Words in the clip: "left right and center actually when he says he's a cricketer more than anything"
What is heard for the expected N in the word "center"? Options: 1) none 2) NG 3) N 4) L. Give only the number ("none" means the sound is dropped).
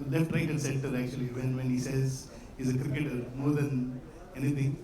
4